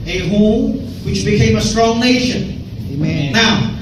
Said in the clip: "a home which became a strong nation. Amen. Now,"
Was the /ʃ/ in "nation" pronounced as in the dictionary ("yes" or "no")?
no